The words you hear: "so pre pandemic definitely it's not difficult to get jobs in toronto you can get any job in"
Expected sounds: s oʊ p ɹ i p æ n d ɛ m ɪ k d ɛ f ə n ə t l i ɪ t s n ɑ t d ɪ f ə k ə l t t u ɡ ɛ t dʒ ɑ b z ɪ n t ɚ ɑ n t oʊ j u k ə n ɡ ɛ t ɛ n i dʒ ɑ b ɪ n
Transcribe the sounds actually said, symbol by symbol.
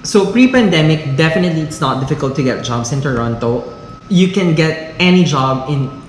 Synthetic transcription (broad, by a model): s oʊ p ɹ i p æ n d ɛ m ɪ k d ɛ f ə n ə t l i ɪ t s n ɑ t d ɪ f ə k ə l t t u ɡ ɛ t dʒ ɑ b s ɪ n t ɚ ɑ n t oʊ j u k ə n ɡ ɛ t ɛ n i dʒ ɑ b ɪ n